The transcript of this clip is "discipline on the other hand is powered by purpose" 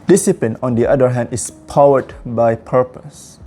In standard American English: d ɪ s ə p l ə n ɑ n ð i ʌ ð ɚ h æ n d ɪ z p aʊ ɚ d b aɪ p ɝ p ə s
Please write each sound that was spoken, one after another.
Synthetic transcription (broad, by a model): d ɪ s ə p l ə n ɑ n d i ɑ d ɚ h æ n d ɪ s p aʊ ɚ d b aɪ p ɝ p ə s